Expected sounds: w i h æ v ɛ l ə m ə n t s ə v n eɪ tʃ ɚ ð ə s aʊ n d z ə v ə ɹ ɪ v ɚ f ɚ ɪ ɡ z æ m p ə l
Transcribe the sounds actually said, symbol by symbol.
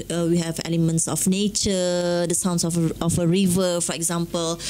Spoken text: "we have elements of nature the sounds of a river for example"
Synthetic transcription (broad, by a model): w i h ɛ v ɛ l ə m ə n t s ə f n eɪ tʃ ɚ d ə s aʊ n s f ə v ə ɹ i v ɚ f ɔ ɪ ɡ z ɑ m p ə l